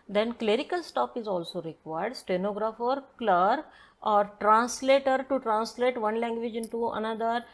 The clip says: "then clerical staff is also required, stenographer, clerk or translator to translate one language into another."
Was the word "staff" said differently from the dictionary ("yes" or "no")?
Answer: yes